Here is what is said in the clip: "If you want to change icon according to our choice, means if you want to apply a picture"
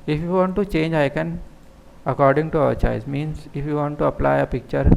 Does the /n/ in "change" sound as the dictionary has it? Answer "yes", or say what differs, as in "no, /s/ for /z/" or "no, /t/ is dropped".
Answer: yes